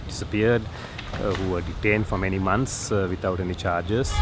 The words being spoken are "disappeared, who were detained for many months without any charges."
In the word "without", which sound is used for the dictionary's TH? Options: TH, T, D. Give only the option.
T